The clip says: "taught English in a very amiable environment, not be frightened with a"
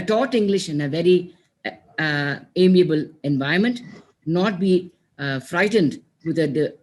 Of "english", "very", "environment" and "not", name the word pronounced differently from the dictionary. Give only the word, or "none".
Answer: environment